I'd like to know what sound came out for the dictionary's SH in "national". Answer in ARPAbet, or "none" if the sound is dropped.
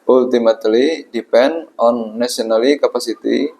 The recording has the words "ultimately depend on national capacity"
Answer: none